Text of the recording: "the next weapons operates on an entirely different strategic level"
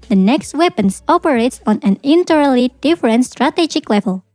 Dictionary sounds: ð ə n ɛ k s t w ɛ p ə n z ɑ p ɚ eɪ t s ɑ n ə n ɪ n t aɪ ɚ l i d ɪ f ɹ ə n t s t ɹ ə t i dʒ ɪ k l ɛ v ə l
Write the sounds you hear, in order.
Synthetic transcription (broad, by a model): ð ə n ɛ k s t w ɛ p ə n s ɑ p ɚ eɪ t s ɑ n ə n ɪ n t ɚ l i d ɪ f ɹ ə n t s t ɹ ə t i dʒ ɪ k l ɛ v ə l